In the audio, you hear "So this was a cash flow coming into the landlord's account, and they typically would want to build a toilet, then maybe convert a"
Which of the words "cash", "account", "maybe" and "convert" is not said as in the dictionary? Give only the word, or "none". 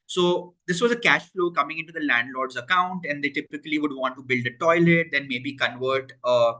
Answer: none